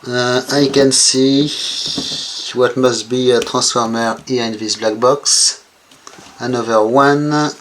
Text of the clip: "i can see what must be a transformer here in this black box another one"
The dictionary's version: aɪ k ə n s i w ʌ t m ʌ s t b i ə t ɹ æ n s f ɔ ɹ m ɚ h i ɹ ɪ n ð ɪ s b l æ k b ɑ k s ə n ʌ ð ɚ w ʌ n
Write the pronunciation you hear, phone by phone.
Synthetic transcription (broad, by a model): aɪ k ə n s i w ʌ t m ʌ s t b i ə t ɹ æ s f ɔ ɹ m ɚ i ɪ n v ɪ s b l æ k b ɑ k s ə n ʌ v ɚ w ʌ n